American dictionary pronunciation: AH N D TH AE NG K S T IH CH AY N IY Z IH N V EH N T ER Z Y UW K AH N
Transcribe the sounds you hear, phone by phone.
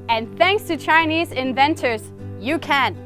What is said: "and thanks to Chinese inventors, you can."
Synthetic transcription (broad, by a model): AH N TH AE NG K S T IH CH AY N IY Z IH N V EH N T ER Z Y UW K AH N